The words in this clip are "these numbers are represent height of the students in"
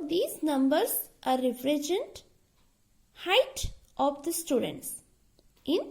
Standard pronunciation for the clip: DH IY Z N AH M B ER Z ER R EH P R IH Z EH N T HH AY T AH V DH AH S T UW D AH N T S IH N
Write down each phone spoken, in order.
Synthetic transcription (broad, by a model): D IY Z N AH M B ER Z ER R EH F R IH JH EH N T HH AY T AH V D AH S T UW D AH N T S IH N